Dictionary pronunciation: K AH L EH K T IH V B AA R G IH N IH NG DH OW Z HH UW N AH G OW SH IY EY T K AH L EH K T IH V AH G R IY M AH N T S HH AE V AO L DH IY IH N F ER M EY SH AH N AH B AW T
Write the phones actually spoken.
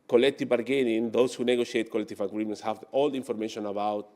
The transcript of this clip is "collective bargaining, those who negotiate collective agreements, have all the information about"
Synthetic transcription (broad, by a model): K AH L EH K T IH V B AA R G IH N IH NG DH OW S HH UW N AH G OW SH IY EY T K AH L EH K T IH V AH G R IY M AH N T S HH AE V AO L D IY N F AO M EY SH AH N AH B AW T